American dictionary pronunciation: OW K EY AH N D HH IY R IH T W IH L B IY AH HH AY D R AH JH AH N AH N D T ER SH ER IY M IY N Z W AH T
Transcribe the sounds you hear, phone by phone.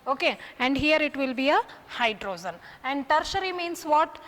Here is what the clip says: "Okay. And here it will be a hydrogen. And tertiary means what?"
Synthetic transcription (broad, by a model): OW K EY AH N D HH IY R IH T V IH L B IY AH HH AY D R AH Z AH N AH N D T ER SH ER IY M IY N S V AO T